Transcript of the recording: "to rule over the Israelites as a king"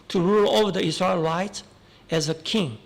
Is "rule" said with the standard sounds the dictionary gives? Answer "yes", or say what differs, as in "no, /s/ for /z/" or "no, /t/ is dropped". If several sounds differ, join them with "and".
yes